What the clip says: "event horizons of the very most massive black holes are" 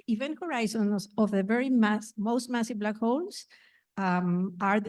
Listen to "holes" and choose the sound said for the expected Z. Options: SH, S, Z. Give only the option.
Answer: S